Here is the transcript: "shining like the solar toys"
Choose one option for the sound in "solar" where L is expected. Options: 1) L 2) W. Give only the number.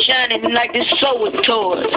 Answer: 2